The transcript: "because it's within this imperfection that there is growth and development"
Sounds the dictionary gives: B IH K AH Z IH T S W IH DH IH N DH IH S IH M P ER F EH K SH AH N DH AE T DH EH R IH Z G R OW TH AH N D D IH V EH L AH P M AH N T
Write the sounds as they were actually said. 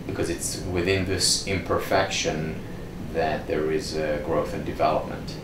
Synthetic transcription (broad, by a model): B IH K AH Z IH T S W IH DH IH N DH IH S IH M P ER F EH K SH AH N DH AE T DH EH R IH Z G R OW TH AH N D D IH V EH L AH P M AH N T